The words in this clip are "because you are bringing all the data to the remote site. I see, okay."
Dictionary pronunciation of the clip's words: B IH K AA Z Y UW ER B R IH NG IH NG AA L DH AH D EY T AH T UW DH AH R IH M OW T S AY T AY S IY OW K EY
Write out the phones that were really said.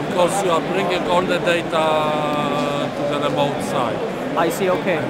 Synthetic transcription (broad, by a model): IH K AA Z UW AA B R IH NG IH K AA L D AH D EY T AH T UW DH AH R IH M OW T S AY AY S IY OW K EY